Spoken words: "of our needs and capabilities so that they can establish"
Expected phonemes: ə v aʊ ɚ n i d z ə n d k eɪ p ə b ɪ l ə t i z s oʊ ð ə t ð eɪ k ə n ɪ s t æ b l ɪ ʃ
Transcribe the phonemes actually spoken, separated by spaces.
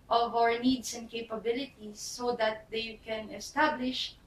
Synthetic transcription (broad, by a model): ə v aʊ ɚ n i d s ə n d k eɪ p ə b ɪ l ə t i s oʊ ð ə t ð eɪ k ə n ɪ s t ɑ b l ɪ ʃ